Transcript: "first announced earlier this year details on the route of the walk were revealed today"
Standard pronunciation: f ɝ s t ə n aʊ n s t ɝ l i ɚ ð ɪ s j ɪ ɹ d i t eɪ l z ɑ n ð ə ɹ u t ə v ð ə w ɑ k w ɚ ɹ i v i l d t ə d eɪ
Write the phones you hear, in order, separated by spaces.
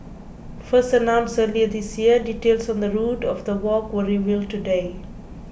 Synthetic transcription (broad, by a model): f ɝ s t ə n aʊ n s ɝ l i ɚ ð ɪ s j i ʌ d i t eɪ l s ɑ n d ə ɹ u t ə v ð ə w ɑ k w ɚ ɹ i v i l t ə d eɪ